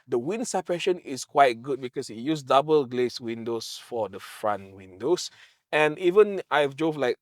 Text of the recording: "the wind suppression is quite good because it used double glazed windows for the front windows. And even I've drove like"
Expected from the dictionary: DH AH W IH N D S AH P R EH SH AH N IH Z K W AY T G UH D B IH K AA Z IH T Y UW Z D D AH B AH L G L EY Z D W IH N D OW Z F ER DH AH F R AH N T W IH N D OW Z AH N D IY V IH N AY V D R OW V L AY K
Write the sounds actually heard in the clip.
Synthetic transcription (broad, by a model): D AH W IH N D S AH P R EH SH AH N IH S K W AY T G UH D B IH K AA S IH T Y UW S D D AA B AH L G L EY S W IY N D OW S F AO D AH F R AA N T W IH N D OW S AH N IY V IH N AY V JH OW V L AY K